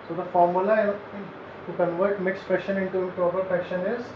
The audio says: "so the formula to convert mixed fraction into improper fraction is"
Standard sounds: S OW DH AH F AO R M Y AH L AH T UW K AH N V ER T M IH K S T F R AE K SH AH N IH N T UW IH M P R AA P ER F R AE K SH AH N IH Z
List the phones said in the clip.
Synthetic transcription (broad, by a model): S OW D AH F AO R M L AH N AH T UW K AH N V ER T M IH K S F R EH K SH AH N IH N T UW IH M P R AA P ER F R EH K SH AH N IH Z